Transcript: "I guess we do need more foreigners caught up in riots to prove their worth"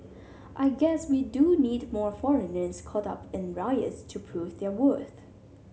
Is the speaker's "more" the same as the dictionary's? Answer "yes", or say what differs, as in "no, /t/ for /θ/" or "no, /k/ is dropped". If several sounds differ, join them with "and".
yes